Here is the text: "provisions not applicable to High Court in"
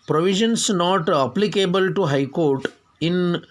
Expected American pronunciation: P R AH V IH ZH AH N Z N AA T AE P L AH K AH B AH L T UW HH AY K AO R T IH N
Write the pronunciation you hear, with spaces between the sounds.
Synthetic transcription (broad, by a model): P R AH V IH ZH AH N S N AA T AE P L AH K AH B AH L T UW HH AY K AO R T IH N